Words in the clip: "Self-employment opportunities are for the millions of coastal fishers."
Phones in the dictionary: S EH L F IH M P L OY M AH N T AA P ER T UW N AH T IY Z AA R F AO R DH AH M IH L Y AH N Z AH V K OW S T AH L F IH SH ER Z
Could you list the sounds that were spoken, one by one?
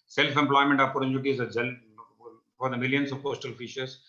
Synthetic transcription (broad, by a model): S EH L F IH M P L OY M AH N T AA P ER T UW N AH T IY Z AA L F AO R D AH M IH L Y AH N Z AH V K OW S T AH L F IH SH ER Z